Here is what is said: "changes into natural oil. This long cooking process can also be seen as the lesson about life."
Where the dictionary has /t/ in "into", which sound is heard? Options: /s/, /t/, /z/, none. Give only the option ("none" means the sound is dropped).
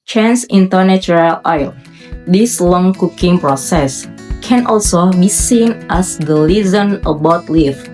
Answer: /t/